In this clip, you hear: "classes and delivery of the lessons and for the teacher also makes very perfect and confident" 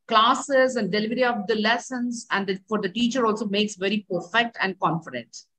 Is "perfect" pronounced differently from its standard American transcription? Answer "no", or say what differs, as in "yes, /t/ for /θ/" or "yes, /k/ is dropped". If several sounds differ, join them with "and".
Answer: no